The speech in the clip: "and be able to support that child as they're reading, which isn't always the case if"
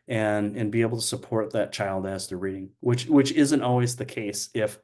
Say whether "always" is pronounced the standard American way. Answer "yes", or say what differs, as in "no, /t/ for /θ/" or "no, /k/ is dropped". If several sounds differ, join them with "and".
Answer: yes